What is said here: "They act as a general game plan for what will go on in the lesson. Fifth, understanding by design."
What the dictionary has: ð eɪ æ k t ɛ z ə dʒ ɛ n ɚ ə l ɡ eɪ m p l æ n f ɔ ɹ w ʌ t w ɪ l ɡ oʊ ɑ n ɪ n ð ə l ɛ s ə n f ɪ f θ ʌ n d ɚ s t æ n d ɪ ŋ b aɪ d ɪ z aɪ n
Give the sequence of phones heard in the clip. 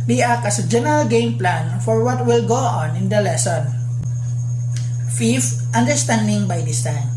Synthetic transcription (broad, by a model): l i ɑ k ʌ s ə dʒ ɛ n ɚ ə l ɡ eɪ m p l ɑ n f ɔ ɹ w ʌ t w ɪ l ɡ oʊ ɑ n ɪ n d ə l ɛ s ə n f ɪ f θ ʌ n d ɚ s t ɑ n d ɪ ŋ b aɪ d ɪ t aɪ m